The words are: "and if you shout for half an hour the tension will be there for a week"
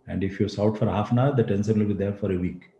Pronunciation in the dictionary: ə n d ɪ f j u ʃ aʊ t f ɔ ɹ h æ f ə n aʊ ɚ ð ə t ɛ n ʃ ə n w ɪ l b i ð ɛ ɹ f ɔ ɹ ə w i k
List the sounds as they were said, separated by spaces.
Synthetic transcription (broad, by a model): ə n d ɪ f j u s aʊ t f ɔ ɹ h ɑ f ə n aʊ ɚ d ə t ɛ n s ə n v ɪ l b i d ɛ ɹ f ɔ ɹ ə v i k